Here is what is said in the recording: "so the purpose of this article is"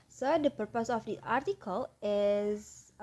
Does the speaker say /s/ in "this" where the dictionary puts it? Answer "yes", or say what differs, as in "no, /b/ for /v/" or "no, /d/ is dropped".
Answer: no, /s/ is dropped